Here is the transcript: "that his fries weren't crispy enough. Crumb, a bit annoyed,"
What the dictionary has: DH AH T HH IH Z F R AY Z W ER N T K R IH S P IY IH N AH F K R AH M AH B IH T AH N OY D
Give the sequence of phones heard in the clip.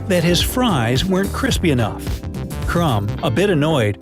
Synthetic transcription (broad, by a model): DH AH T HH IH Z F R AY Z W ER N K R IH S P IY IH N AH F K R AH M AH B IH T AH N OY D